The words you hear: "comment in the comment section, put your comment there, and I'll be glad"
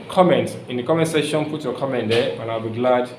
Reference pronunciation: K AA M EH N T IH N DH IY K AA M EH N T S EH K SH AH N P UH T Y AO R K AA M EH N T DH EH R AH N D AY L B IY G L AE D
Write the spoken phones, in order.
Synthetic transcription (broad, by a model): K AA M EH N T IH N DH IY K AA M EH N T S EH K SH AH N F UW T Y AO K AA M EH N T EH W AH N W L B IY G L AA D